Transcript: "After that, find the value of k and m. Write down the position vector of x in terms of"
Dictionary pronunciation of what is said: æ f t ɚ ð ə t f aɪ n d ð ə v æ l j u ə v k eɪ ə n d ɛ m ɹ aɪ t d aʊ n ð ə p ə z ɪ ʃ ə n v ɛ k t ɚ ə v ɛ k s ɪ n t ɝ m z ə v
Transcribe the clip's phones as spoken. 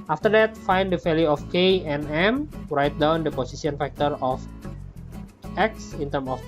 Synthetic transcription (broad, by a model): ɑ f t ɚ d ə t f aɪ n d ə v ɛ l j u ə f k eɪ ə n ɛ m ɹ aɪ t d aʊ n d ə p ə s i s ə n f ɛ k t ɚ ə f ɛ k s ɪ n t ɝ m ə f